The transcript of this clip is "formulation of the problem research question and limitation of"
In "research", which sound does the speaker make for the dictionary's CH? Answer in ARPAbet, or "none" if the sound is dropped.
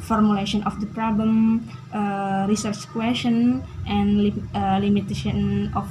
CH